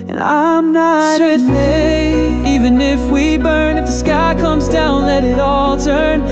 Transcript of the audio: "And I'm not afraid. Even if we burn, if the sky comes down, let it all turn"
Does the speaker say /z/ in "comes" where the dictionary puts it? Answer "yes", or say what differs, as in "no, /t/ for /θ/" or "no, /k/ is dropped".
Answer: yes